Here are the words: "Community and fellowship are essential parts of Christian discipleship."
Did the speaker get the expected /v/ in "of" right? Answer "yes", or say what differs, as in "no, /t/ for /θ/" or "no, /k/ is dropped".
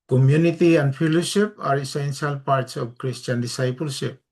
no, /b/ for /v/